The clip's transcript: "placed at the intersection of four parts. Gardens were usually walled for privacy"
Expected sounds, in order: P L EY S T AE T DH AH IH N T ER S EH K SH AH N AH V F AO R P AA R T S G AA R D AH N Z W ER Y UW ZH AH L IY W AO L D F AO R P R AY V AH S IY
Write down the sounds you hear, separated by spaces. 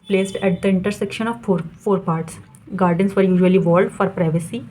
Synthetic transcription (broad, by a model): P L EY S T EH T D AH IH N T ER S EH K SH AH N AH V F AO R P AA R T S G AA R D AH N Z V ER Y UW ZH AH L IY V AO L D F AO R P R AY V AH S IY